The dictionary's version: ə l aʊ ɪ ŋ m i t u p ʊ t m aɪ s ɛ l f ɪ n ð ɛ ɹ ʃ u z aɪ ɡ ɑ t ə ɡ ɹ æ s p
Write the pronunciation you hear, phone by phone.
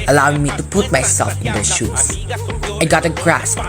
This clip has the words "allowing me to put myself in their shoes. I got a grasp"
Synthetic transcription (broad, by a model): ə l aʊ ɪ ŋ m i t u p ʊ t m aɪ s ɛ l f ɪ n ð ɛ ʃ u s aɪ ɡ ɑ t ə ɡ ɹ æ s